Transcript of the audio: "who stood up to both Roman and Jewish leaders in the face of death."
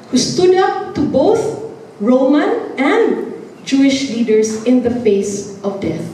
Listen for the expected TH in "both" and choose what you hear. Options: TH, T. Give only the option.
TH